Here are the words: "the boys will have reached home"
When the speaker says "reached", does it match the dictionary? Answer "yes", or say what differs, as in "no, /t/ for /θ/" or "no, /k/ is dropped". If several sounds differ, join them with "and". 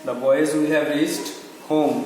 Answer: no, /s/ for /tʃ/